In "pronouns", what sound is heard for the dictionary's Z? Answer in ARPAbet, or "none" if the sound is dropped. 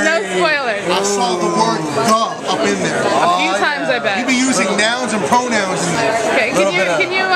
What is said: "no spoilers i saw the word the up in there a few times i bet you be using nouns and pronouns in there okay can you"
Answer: Z